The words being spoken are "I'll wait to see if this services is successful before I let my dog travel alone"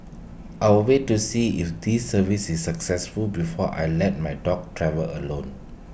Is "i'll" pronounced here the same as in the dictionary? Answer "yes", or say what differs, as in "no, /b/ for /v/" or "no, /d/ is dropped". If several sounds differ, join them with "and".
no, /w/ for /l/